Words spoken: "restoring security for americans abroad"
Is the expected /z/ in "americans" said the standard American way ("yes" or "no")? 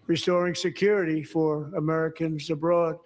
yes